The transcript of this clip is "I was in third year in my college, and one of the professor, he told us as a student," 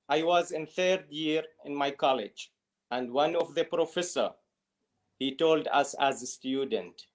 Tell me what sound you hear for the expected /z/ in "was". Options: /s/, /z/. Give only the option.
/z/